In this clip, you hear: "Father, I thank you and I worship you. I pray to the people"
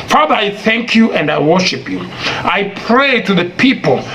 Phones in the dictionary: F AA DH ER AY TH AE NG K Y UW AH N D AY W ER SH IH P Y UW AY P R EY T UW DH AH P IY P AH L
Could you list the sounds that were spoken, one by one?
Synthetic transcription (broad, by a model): F AA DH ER AY TH AE NG K Y UW AH N D AY W ER SH IH P Y UW AY P R EY T UW DH AH P IY P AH L